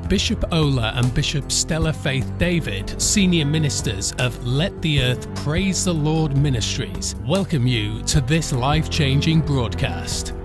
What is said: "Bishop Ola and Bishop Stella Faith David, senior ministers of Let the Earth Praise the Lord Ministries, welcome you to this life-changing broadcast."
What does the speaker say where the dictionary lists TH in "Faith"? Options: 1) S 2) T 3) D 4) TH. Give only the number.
4